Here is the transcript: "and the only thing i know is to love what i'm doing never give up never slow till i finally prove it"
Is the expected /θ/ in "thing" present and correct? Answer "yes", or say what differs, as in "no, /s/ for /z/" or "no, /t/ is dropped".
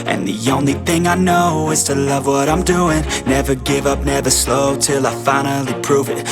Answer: yes